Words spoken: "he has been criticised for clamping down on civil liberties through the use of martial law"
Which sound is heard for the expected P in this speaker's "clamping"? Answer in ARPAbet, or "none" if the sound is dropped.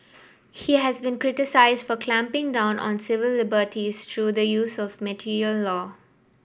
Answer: P